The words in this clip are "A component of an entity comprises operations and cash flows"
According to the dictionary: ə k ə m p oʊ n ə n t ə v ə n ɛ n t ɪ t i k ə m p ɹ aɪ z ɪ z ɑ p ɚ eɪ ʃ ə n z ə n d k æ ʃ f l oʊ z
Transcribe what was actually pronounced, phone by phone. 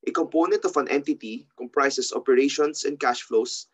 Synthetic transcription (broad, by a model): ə k ə m p oʊ n ə n t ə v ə n ɛ n t ɪ t i k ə m p ɹ aɪ s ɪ s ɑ p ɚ eɪ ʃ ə n s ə n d k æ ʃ f l oʊ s